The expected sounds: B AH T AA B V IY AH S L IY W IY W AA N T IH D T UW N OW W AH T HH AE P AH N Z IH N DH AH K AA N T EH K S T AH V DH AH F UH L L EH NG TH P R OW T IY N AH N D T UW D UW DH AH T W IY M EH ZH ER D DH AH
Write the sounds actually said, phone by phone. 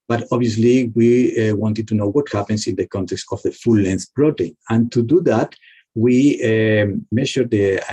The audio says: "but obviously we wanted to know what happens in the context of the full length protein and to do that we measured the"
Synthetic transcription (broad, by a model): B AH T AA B IY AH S L IY W IY W AA N T IH D T UW N OW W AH T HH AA P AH N S IH N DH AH K AA N T EH K S T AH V DH AH F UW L L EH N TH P R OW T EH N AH N T UW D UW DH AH T W IY M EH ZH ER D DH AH